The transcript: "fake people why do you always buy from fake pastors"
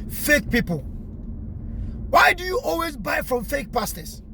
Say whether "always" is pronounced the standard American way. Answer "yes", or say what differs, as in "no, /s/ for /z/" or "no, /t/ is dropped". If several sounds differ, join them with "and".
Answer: yes